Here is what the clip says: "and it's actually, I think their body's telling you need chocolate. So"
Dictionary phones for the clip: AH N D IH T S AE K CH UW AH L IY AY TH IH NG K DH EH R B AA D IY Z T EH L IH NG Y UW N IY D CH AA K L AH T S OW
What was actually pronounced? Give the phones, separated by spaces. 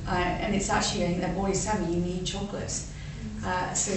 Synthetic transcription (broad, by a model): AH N IH T S AE K CH UW AH L IY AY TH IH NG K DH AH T B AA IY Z S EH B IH Y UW N IY D CH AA K L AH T S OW